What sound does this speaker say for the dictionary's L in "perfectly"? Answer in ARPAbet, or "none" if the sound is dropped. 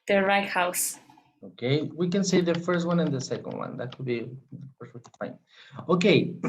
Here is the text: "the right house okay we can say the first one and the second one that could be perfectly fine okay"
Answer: W